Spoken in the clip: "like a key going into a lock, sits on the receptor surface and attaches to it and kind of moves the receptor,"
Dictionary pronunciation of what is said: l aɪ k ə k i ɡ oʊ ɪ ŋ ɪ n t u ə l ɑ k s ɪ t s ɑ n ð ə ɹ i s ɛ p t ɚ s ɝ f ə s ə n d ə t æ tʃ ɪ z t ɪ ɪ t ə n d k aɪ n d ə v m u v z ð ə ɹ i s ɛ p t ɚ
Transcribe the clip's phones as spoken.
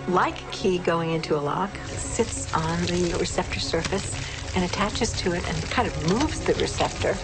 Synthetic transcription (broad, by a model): l aɪ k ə k i ɡ oʊ ɪ ŋ ɪ n t u ə l ɑ k s ɪ t s n ð ə ɹ i s ɛ p t ɚ s ɝ f ə s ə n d ə t æ tʃ ɪ z t ɪ ɪ t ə n k aɪ n d ə v m u v z ð ə ɹ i s ɛ p t ɚ